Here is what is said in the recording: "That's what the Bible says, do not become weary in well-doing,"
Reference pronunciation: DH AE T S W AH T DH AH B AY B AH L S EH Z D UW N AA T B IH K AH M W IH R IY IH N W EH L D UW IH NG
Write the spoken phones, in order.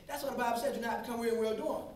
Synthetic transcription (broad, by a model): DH AE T S W AH T DH AH B AY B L S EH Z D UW N AA T B IH K AH M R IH L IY W EH L D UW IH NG